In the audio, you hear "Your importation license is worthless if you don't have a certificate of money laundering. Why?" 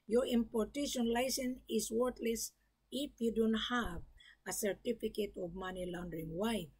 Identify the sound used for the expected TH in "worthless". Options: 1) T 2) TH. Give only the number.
1